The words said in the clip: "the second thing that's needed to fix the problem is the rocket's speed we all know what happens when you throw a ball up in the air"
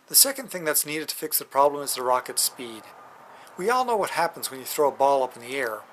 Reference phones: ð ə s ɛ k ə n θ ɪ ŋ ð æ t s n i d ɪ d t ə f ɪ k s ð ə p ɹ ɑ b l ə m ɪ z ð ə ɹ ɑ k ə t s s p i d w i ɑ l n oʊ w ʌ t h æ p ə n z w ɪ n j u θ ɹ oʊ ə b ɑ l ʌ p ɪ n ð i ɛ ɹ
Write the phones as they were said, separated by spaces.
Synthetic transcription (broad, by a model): ð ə s ɛ k ə n θ ɪ ŋ ð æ t s n i d ɪ d t ə f ɪ k s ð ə p ɹ ɑ b l ə m ɪ z ð ə ɹ ɑ k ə t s s p i d w i ɑ l n oʊ w ʌ t h æ p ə n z w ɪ n j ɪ θ ɹ oʊ ə b ɑ l ʌ p n ð i ɛ ɹ